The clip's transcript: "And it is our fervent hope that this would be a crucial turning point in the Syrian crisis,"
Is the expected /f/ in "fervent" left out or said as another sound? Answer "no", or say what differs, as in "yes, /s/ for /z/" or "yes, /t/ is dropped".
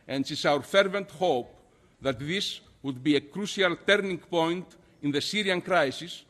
no